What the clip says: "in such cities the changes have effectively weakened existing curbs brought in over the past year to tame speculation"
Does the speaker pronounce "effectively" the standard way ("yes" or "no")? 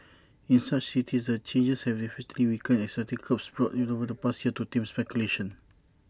no